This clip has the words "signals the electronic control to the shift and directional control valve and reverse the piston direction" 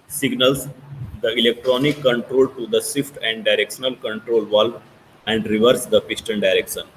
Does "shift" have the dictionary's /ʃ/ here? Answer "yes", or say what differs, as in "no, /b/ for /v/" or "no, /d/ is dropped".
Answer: no, /s/ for /ʃ/